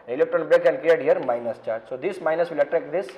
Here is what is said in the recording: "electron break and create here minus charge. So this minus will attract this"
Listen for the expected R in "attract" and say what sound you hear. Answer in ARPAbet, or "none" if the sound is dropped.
R